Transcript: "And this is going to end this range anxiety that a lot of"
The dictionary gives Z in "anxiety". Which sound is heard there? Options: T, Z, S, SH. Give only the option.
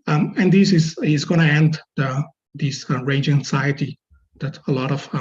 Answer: S